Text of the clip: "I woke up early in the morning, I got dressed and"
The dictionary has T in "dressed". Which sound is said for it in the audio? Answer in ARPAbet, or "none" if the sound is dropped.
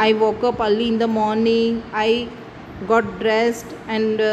T